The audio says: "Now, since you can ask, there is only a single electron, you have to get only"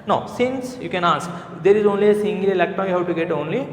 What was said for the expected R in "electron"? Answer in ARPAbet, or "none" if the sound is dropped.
none